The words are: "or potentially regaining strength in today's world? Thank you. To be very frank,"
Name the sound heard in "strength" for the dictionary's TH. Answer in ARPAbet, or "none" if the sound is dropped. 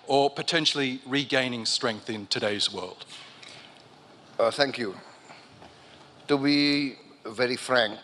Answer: TH